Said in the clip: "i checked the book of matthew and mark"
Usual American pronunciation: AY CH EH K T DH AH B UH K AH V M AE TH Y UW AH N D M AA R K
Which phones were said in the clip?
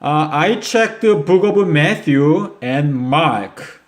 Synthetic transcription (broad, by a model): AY CH EH K T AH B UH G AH B M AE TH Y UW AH N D M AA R K